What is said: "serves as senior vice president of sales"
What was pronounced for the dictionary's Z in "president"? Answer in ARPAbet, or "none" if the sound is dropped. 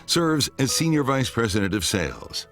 Z